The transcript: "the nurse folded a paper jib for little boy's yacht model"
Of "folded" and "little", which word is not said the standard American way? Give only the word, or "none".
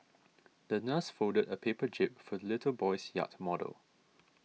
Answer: folded